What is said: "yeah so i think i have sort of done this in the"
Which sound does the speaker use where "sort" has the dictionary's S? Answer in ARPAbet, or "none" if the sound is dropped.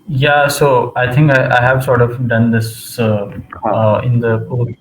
S